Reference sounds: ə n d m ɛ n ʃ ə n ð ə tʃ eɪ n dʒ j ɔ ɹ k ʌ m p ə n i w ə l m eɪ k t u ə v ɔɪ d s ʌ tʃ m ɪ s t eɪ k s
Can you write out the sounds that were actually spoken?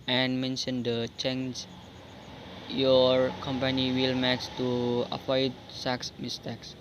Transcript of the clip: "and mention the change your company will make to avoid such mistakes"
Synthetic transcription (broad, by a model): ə n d m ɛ n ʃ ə n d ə tʃ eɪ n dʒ j ɔ ɹ k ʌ m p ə n i w ə l m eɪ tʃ t u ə p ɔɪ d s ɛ s m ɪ s t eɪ k s